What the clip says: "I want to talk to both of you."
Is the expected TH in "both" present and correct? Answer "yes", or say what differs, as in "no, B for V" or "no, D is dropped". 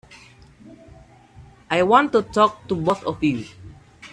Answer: no, S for TH